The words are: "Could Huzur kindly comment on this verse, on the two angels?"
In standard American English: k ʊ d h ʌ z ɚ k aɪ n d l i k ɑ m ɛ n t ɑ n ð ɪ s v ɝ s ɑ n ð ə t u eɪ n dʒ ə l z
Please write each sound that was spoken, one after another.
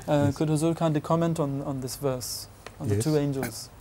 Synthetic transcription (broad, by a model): k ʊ d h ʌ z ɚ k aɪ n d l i k ɑ m ɛ n t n n ð ɪ s v ɝ s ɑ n ð ə t u eɪ n dʒ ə l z